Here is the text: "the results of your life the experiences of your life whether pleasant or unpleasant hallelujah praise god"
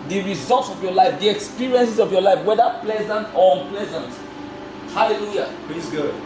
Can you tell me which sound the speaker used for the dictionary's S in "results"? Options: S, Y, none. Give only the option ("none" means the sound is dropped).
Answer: S